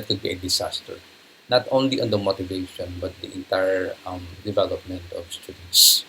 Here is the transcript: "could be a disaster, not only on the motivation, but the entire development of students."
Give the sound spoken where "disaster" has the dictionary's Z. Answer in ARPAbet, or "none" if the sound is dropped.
S